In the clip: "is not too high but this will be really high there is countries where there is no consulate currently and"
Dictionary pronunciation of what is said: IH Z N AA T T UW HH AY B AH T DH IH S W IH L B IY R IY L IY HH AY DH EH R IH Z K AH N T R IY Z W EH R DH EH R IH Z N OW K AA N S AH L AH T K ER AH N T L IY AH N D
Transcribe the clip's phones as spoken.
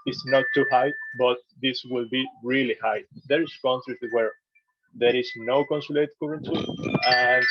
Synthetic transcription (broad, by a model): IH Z N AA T T UW HH AY B AH T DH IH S W IH L B IY R IY L IY HH AY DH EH R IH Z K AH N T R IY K W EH R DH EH R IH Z N OW K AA N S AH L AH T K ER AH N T IY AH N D